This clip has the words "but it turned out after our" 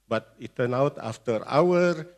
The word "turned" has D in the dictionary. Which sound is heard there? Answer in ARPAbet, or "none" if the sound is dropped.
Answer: none